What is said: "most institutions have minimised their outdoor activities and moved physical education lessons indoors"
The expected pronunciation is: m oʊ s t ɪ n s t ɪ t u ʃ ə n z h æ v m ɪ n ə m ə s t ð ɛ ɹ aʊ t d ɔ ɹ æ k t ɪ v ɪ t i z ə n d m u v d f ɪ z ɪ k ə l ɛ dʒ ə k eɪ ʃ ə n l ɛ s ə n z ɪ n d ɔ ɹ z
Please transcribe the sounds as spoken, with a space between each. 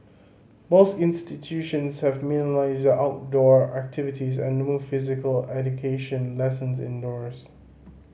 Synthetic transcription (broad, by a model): m oʊ s t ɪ n s t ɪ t u ʃ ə n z h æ v m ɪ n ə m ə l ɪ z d aʊ t d ɔ ɹ æ k t ɪ v ɪ t i z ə n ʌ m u f ɪ z ɪ k ə l ɛ dʒ ə k eɪ ʃ ə n l ɛ s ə n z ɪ n d ɔ ɹ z